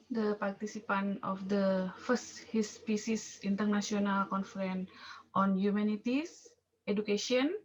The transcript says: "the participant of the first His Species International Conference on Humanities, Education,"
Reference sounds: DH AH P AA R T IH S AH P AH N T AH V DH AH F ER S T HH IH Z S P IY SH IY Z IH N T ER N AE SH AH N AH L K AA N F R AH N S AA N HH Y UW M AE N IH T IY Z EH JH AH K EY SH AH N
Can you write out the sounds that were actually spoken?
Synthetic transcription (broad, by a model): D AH P AA R T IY S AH P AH N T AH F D AH F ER S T HH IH S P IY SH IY S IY N T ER N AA S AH N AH L K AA N F R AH N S AA N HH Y UW M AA N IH T IY S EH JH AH K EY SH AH N